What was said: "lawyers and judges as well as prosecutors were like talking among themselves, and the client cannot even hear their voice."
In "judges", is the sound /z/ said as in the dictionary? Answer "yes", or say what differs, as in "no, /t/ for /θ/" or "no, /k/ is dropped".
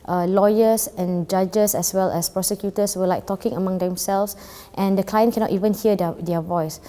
no, /s/ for /z/